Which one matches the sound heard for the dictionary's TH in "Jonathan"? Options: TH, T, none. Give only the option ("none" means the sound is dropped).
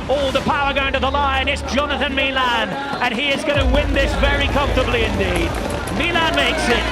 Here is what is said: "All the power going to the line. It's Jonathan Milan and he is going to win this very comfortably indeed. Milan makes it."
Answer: TH